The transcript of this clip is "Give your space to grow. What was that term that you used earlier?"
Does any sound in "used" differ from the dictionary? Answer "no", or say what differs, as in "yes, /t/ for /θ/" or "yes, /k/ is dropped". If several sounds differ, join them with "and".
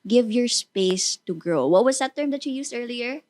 yes, /s/ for /z/